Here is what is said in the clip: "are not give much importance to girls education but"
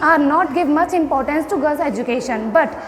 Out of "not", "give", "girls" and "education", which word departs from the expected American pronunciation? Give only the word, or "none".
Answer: girls